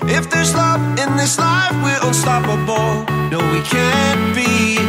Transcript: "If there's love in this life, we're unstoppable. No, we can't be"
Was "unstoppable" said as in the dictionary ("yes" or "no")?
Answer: no